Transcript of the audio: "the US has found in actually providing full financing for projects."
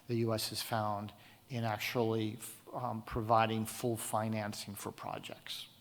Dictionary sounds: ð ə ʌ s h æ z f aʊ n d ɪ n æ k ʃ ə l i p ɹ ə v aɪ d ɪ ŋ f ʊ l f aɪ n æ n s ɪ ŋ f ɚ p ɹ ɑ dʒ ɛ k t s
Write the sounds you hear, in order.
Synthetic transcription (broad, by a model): ð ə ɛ s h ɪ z f aʊ n d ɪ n æ k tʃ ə l i p ɹ ə v aɪ d ɪ ŋ f ʊ l f aɪ n æ n s ɪ ŋ f ɚ p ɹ ɑ dʒ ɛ k t s